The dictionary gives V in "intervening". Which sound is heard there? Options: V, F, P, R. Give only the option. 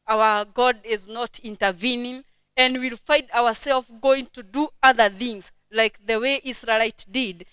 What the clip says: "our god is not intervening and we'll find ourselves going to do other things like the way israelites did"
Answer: V